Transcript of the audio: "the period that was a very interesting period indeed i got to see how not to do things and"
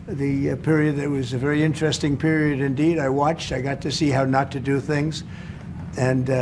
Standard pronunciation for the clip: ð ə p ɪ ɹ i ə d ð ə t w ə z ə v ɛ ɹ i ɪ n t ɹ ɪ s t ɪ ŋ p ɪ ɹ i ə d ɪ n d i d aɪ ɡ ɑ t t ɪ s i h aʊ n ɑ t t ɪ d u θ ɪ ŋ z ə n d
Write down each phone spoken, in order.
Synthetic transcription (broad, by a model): ð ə p ɪ ɹ i ə d ð ə t w ə z ə v ɛ ɹ i ɪ n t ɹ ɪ s t ɪ ŋ p ɪ ɹ i ə d ɪ n d i d aɪ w ɑ t t ɪ s i h aʊ n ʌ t t ɪ d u θ ɪ ŋ z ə n